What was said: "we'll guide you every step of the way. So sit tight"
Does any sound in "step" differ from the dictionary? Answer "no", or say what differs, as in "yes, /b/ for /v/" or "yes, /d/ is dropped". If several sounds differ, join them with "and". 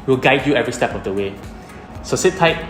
no